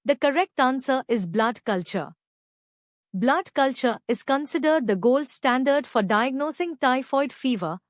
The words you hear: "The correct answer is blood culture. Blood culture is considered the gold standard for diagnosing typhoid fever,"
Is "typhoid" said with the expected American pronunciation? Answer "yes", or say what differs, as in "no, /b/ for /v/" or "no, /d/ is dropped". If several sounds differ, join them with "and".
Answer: yes